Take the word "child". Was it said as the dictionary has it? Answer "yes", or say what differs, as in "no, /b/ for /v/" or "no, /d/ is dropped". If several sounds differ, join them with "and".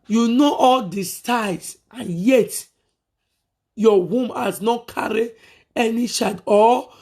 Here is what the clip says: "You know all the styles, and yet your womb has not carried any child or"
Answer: no, /l/ is dropped